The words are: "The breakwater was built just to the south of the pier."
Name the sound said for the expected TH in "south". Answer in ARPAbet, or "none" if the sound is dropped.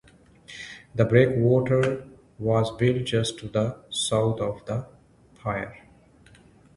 T